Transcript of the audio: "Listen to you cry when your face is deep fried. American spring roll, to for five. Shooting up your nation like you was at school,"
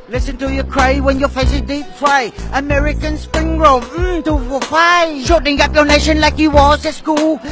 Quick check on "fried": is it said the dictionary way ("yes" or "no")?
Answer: no